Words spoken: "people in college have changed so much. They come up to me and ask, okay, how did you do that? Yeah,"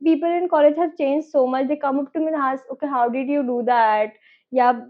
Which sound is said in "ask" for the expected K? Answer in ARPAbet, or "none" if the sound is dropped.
none